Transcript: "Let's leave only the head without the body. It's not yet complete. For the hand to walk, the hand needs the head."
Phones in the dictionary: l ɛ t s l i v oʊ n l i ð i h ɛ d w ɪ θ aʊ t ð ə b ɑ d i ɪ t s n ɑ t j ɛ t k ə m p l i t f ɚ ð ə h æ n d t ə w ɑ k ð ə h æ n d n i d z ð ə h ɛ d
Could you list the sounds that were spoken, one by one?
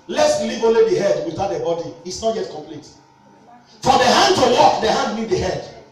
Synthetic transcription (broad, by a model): l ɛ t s l i v oʊ n l i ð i h ɛ d w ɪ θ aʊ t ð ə b ɑ d i ɪ t s n ɑ t j ɛ t k ə m p l i t f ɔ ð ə h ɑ n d t ə w ɑ k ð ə h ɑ n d l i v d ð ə h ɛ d